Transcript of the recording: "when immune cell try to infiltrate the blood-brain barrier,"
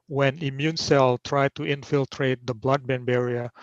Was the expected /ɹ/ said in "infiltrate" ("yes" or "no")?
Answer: yes